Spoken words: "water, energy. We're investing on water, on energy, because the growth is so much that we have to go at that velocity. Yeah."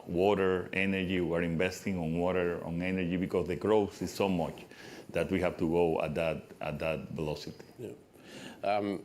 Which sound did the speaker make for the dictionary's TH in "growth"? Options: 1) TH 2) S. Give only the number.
2